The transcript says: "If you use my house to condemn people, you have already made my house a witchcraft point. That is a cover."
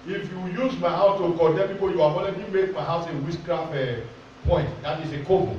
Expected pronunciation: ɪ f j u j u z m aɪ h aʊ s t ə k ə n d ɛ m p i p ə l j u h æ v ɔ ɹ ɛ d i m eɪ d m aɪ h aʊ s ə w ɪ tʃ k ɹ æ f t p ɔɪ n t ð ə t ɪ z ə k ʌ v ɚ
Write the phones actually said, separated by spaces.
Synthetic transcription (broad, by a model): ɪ f j u j u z m aɪ h aʊ s t ə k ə d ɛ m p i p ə j u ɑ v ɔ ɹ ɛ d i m eɪ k m aɪ h aʊ s ə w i s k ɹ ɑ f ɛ p ɔɪ n t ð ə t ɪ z ə k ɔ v